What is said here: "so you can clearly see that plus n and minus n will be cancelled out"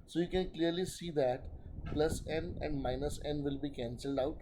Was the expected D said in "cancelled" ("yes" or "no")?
yes